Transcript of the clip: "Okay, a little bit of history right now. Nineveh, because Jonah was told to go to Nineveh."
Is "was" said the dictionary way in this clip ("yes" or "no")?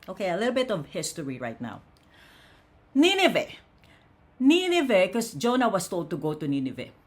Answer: no